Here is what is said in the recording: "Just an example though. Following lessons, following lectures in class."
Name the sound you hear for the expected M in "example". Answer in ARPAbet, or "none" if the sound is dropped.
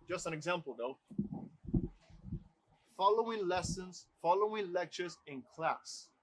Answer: M